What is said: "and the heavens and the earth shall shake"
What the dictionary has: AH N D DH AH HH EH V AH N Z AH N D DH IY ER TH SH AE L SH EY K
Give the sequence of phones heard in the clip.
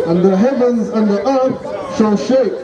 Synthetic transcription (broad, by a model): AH N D DH AH HH EH V AH N Z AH N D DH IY ER TH SH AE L SH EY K